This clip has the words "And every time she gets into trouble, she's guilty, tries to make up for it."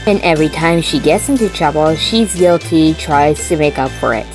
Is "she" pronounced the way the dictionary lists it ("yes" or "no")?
yes